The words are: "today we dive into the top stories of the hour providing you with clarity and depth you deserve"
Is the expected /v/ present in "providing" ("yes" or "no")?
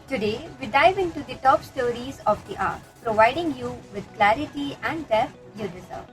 yes